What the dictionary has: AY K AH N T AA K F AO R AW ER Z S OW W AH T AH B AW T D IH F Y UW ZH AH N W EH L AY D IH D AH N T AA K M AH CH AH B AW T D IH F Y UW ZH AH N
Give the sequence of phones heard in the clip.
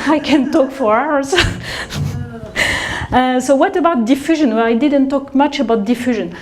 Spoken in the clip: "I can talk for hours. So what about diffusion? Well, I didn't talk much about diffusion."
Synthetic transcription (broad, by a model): AY K AH N T AA K F AO R AW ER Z S OW W AH T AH B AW T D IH F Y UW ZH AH N W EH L AY D IH D AH N T AA K M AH CH AH B AW T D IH F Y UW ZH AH N